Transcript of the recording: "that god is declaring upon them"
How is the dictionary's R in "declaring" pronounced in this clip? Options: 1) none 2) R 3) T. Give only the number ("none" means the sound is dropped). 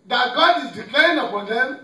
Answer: 1